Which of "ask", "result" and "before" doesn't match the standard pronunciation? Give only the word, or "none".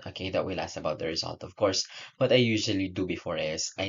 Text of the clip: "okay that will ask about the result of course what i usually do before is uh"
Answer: ask